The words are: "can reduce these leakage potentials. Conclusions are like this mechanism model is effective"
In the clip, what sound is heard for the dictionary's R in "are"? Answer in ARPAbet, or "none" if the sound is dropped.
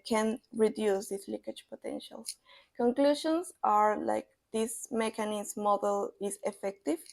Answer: R